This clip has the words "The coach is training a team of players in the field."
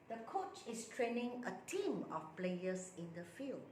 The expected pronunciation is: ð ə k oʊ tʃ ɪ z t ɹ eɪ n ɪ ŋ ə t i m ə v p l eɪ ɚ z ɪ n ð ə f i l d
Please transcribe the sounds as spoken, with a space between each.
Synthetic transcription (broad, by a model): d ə k oʊ tʃ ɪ s t ɹ eɪ n ɪ ŋ ə t i m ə f p l eɪ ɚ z ɪ n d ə f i l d